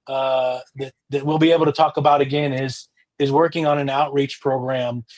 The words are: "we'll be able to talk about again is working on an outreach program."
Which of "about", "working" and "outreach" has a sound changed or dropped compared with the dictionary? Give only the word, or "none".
none